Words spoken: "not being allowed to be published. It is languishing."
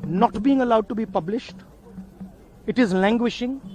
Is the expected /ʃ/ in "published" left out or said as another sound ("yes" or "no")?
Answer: no